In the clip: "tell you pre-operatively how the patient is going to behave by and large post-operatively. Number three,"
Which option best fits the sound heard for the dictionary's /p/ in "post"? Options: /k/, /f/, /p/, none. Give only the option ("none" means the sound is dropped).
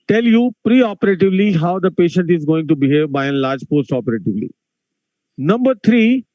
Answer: /p/